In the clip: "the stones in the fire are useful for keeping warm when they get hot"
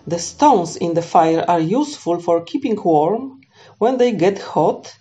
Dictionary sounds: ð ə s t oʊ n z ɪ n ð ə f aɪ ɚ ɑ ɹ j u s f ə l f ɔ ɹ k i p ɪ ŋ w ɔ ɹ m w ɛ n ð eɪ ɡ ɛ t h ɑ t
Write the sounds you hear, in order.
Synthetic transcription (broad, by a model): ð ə s t oʊ n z ɪ n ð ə f aɪ ɚ ɑ ɹ j u s f ə l f ɔ ɹ k i p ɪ ŋ w ɔ ɹ m w ɛ n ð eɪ ɡ ɛ t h ɑ t